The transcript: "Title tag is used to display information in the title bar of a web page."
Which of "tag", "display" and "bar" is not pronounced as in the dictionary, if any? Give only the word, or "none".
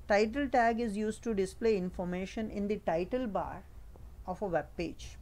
none